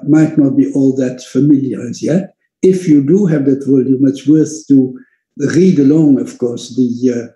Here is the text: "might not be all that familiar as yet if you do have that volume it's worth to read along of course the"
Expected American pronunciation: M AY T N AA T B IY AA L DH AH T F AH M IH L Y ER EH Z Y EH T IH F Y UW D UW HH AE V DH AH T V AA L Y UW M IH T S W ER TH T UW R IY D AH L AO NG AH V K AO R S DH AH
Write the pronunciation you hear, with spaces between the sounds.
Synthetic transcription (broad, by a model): M AY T N AA T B IY AA L DH AH T F AH M IH L Y ER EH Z Y EH T IH F Y UW D UW HH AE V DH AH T W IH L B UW M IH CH W ER TH T UW R IY D AH L AO NG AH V K AO R S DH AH